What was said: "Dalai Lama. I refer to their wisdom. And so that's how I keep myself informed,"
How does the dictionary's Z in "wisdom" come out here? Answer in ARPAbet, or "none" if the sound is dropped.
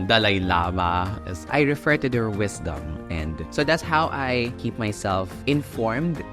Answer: S